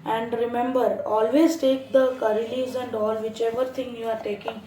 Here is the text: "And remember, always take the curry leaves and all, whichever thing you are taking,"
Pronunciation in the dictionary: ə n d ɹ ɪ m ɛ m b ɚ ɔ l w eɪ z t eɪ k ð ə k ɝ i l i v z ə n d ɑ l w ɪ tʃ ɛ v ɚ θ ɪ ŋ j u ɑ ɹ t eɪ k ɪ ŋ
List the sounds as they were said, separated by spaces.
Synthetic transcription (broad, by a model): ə n d ɹ ɪ m ɛ m b ɚ ɔ l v eɪ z t eɪ k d ə k ɝ i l i z ə n d ɑ l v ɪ tʃ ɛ v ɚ t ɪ ŋ j u ɑ ɹ t eɪ k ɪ ŋ